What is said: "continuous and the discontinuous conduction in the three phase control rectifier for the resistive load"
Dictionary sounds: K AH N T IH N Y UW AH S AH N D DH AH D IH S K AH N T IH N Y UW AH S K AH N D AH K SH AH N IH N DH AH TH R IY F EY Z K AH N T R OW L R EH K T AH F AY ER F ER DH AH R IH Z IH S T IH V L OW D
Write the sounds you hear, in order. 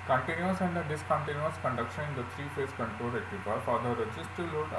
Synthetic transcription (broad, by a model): K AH N T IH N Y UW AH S AH N D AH D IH S K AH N T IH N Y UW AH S K AH N D AH K SH AH N IH N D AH T R IY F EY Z K AH N T R OW L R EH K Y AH P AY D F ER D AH R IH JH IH S T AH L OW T